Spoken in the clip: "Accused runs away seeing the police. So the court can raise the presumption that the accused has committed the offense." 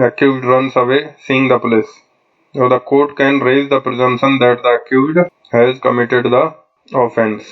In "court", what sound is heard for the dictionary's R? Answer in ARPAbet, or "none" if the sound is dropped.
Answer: R